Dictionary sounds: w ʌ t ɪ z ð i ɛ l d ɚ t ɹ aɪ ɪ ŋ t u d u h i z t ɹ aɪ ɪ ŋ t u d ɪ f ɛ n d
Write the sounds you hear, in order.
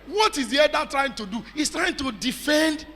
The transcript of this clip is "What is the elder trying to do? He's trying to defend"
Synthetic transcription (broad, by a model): w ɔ t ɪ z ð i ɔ d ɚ t ɹ aɪ ɪ ŋ t u d u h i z t ɹ aɪ ɪ ŋ t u d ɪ f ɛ n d